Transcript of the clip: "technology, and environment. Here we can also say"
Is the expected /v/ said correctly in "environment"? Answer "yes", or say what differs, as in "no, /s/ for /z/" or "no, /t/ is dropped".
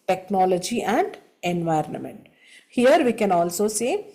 yes